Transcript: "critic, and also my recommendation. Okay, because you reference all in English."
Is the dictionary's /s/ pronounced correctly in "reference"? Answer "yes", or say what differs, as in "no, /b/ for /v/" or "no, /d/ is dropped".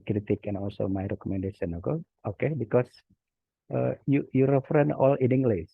no, /s/ is dropped